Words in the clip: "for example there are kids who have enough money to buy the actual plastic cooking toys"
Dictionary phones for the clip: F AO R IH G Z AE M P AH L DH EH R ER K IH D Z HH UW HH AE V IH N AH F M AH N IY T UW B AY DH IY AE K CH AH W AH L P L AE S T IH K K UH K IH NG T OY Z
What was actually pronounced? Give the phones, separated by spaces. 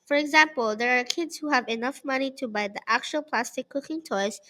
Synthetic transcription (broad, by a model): F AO R IH G Z AE M P AH L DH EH R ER K IH D Z HH UW HH AE V IH N AH F M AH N IY T UW B AY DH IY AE K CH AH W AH L P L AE S T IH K K UH K IH NG T OY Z